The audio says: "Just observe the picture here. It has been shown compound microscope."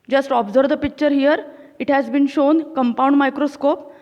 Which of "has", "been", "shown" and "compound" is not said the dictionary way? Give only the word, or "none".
none